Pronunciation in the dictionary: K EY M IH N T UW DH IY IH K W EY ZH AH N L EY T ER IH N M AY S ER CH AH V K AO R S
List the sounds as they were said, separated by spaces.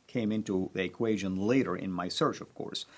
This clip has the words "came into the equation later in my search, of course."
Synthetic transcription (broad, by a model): K EY M IH N T UW DH IY IH K W EY ZH AH N L EY T ER IH N M AY S ER CH AH V K AO R S